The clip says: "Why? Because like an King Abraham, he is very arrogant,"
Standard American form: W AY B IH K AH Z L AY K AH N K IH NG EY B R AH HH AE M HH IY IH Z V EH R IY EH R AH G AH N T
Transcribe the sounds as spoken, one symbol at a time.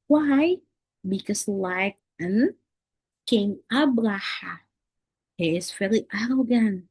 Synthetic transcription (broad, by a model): W AY B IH K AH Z L AY K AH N K IH NG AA B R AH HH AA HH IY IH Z F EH L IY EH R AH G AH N